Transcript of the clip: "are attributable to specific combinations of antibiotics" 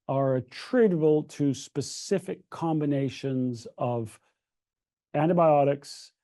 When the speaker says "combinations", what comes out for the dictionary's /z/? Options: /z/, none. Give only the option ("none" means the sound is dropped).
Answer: /z/